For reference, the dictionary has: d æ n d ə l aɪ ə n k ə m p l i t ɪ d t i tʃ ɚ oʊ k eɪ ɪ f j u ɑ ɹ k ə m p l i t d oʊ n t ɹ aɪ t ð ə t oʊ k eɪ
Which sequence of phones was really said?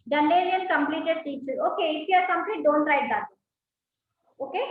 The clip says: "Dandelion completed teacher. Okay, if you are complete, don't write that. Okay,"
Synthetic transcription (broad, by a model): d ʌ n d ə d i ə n k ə m p l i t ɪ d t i s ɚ oʊ k eɪ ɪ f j ɑ ɹ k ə m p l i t d oʊ n t ɹ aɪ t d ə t oʊ k eɪ